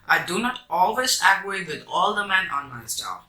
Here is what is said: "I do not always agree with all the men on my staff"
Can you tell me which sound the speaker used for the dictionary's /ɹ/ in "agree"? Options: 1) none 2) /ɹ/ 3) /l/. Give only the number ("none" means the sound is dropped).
1